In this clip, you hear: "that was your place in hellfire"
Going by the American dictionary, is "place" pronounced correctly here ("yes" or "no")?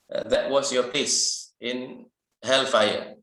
no